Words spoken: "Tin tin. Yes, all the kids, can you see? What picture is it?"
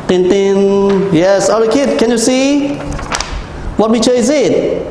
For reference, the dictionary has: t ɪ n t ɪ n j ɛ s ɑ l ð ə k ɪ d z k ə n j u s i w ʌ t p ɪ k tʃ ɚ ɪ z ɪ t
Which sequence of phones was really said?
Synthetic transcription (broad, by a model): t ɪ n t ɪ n j ɛ s ɑ l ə k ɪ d k ə n j u s i w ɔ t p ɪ tʃ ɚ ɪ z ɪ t